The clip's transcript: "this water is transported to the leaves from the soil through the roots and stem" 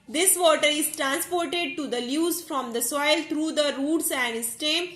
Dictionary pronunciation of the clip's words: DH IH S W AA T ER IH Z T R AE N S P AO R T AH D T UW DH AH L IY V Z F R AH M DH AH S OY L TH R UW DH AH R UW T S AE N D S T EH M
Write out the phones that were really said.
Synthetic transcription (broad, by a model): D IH S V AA T ER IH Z T R AE N S P AO R T AH D T UW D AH L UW Z F R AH M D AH S OY L T R UW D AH R UW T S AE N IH S T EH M